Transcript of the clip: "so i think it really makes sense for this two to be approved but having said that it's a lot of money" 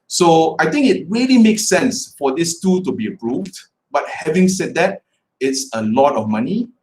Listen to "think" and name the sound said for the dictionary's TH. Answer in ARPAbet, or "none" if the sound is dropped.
T